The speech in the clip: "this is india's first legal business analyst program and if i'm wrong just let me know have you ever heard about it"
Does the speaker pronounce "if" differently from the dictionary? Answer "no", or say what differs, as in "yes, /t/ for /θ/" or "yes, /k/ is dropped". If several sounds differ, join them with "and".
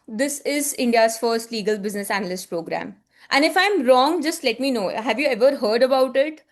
no